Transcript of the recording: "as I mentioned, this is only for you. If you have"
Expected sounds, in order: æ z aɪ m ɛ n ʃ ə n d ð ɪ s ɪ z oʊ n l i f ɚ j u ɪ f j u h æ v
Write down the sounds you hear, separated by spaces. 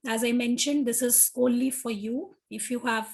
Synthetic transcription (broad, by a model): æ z aɪ m ɛ n ʃ ə n d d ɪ s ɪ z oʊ l i f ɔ j u ɪ f j u h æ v